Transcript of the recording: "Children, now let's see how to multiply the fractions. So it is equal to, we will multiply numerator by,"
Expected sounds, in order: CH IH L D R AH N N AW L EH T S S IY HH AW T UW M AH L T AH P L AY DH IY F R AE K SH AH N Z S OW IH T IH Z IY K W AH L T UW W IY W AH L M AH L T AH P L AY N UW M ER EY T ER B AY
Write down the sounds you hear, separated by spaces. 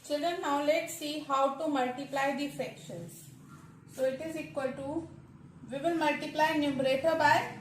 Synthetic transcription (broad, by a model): CH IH L D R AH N N AW L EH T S S IY HH AW T UW M AH L T AH P L AY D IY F EH K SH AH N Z S OW IH T IH Z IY K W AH L T UW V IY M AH N M AH L T AH P L AY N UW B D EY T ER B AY